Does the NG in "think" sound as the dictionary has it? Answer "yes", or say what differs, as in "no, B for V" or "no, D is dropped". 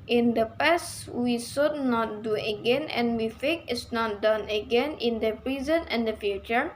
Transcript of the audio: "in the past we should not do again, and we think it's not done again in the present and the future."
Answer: no, NG is dropped